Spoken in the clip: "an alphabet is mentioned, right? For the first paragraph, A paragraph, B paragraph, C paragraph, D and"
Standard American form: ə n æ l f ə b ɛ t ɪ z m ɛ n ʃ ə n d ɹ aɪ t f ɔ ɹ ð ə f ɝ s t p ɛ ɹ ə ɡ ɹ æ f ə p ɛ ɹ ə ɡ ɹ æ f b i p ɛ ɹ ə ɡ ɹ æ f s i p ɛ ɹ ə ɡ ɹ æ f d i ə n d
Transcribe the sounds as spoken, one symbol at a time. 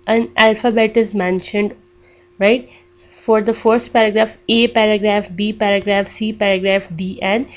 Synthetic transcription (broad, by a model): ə n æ l f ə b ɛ t ɪ z m ɛ n ʃ ə n d ɹ aɪ t f ɔ ɹ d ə f ɝ s t p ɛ ɹ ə ɡ ɹ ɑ f ə p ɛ ɹ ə ɡ ɹ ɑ f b i p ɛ ɹ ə ɡ ɹ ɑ f s i p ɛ ɹ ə ɡ ɹ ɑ f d i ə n